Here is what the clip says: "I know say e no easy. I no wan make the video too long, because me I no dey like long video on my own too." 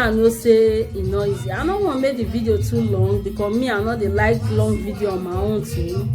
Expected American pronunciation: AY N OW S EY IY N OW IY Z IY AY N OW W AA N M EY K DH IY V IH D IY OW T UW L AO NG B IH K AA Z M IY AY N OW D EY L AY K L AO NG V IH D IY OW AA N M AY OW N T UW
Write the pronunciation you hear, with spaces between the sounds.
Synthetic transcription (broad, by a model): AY N OW S EY IY N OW IY Z IY AY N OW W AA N M EY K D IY V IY D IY OW T UW L AO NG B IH K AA M IY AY N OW D EY L AY K L AO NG V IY D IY OW AA N M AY OW N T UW